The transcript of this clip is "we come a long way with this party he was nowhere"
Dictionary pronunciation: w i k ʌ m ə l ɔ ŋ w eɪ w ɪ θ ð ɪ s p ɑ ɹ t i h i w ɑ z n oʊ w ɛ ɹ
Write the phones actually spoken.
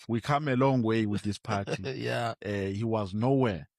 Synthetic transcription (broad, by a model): w i k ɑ m ə l ɔ ŋ w eɪ w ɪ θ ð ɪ s p ɑ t i h i w ɑ z n oʊ w ɛ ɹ